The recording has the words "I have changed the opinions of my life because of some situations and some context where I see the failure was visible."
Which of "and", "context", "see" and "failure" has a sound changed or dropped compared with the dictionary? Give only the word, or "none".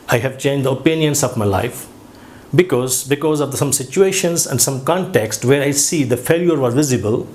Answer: none